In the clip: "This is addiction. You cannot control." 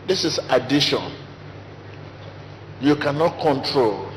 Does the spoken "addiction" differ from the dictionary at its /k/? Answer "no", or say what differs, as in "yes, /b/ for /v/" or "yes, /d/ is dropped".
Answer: yes, /k/ is dropped